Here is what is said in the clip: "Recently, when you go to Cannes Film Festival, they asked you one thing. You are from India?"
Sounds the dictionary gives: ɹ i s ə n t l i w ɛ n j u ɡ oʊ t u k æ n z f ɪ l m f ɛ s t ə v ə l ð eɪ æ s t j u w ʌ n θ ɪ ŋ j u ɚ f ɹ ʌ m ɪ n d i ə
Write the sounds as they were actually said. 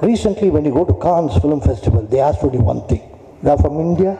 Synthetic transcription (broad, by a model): ɹ i s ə n t l i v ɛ n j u ɡ oʊ t u k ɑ n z f ɪ l m f ɛ s t ə v ə l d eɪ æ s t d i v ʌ n t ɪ ŋ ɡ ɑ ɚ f ɹ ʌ m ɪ n d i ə